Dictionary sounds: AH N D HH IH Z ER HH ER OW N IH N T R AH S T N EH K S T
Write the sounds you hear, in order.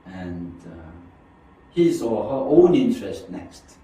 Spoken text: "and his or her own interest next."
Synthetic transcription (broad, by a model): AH N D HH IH S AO HH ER OW N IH N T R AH S T N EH K S T